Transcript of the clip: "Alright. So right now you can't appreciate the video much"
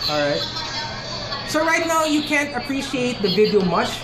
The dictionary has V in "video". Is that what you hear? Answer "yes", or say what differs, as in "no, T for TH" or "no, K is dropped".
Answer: yes